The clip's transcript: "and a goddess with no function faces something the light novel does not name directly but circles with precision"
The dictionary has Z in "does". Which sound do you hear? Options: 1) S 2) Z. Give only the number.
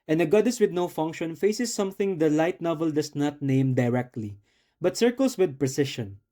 1